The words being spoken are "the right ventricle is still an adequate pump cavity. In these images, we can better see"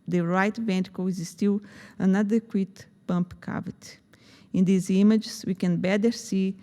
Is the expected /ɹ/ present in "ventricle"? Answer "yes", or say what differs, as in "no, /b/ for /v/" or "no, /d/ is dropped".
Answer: no, /ɹ/ is dropped